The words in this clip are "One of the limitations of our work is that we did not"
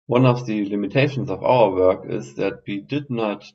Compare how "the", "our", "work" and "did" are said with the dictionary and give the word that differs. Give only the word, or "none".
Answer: none